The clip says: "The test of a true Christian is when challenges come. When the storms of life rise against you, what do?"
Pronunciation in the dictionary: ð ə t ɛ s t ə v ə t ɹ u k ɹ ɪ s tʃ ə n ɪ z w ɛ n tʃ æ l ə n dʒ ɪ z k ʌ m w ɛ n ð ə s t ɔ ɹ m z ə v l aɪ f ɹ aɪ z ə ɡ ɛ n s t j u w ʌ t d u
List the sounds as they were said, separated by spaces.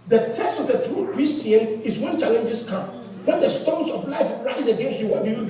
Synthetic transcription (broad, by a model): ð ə t ɛ s t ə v ə t ɹ u k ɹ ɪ s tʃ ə n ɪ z w ɛ n tʃ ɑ l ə n dʒ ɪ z k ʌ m w ɛ n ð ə s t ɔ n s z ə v l aɪ f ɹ aɪ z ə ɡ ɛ s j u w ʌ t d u